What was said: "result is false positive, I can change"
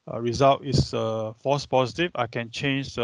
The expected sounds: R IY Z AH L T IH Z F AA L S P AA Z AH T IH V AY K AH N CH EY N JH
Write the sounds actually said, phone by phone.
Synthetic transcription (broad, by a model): R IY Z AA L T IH S F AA S P AA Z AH T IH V AY K AH N CH EY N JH